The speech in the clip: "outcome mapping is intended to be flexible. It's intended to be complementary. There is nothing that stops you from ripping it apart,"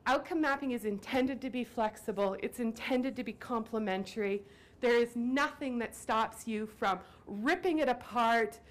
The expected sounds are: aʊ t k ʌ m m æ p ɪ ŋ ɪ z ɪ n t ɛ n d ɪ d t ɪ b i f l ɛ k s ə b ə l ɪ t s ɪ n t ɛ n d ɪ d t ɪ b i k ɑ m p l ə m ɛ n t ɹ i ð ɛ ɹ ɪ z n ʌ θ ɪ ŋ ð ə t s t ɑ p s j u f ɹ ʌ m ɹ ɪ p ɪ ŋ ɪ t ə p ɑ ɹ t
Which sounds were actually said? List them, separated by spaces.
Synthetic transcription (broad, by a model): aʊ t k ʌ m m æ p ɪ ŋ ɪ z ɪ n t ɛ n d ɪ d t ɪ b i f l ɛ k s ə b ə l ɪ t s ɪ n t ɛ n d ɪ d t ɪ b i k ɑ m p l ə m ɛ n t ɹ i ð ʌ ɹ ɪ z n ʌ θ ɪ ŋ ð ə t s t ɑ p s j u f ɹ ʌ m ɹ ɪ p ɪ ŋ ɪ t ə p ɑ ɹ t